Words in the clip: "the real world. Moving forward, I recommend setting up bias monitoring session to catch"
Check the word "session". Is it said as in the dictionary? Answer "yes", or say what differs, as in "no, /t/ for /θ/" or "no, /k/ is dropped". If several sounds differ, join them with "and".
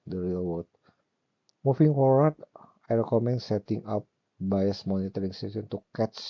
no, /s/ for /ʃ/